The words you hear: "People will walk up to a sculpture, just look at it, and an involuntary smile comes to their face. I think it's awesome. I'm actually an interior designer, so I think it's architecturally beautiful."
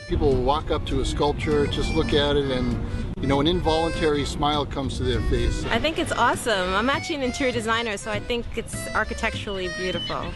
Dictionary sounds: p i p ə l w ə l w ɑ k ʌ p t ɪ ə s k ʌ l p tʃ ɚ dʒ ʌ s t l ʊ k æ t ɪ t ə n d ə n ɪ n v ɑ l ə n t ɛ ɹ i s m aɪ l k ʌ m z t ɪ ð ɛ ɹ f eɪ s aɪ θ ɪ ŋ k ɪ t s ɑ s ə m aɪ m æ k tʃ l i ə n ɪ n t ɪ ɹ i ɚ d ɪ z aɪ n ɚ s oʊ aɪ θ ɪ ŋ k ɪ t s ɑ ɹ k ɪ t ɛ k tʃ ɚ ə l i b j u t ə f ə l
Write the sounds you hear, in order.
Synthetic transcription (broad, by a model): p i p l l w ɑ k ʌ p t ɪ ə s k ʌ l p tʃ ɚ dʒ ʌ s t l ʊ k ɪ t ɪ t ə n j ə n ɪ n v ɑ l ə n t ɛ ɹ i s m aɪ l k ʌ m z t ɪ ð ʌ ɹ f eɪ s aɪ θ ɪ ŋ k ɪ t s ɑ s ə m aɪ m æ tʃ i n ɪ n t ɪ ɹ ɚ d ɪ z aɪ n ɚ s oʊ aɪ θ ɪ ŋ k ɪ t s ɑ ɹ k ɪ t ɛ k tʃ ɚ l i b j u t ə f l